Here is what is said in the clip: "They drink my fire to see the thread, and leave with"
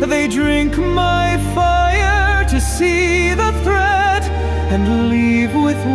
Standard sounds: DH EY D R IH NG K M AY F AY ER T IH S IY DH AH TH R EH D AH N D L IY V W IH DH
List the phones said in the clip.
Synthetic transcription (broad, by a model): DH EY D R IH NG K M AY F AY ER T IH S IY DH AH TH R EH D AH N L IY V W IH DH